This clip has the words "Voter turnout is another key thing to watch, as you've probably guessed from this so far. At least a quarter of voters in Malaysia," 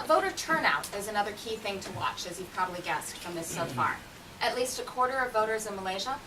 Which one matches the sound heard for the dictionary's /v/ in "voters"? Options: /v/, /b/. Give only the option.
/v/